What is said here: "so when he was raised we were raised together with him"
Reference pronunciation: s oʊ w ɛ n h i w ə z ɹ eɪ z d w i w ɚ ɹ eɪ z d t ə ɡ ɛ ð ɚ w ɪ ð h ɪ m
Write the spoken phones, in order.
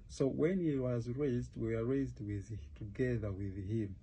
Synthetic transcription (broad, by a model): s oʊ w ɛ n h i w ə z ɹ eɪ z d w i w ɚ ɹ eɪ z d t ə ɡ ɛ ð ɚ w ɪ ð h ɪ m